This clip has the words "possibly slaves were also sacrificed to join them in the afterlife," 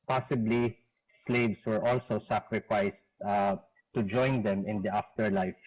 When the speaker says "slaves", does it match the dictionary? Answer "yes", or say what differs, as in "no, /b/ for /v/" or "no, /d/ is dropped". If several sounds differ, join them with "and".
no, /s/ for /z/